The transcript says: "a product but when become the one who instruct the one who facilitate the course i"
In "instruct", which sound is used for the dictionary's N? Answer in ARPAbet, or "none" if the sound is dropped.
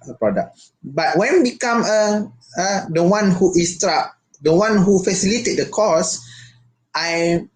none